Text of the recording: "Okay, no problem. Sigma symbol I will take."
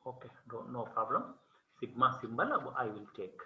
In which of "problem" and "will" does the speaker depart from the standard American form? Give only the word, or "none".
none